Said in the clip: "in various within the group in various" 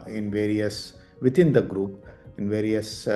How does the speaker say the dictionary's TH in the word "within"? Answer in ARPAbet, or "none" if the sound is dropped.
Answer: T